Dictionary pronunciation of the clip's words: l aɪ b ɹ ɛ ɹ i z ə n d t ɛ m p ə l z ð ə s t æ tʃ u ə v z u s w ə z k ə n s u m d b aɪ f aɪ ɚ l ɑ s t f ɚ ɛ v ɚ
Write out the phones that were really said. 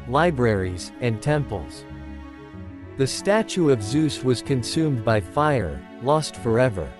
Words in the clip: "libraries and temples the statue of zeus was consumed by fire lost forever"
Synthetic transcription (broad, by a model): l aɪ b ɹ ɛ ɹ i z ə n t ɛ m p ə l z ð ə s t æ tʃ u ə v z u s w ə z k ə n s u m b aɪ f aɪ ɚ l ɑ s t f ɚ ɛ v ɚ